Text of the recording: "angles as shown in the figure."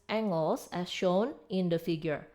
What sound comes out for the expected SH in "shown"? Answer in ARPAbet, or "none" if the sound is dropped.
SH